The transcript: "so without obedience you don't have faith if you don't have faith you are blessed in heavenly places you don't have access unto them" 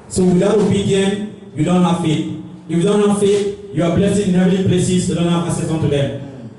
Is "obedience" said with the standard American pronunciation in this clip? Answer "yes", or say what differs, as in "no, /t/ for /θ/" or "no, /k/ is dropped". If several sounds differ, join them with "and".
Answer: no, /s/ is dropped